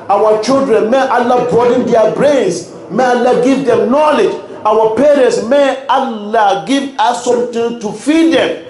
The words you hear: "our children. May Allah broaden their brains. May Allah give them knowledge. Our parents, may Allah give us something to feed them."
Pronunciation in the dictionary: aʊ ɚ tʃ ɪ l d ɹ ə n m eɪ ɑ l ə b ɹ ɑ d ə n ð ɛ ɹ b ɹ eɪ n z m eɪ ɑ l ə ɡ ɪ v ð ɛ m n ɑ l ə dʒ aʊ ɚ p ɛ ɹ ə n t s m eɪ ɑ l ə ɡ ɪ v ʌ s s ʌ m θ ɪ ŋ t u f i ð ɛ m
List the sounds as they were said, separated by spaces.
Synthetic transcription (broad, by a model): aʊ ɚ tʃ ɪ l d ɹ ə n m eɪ ɑ l ə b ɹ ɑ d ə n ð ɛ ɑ b ɹ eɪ n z m eɪ ɑ l ə ɡ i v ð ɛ m n ɑ l ə dʒ aʊ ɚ p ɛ ɹ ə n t s m eɪ ɑ l ə ɡ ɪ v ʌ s s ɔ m t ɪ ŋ t u f i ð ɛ m